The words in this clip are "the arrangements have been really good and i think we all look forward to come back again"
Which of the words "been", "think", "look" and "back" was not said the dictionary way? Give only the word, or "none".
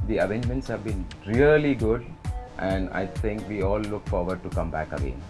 think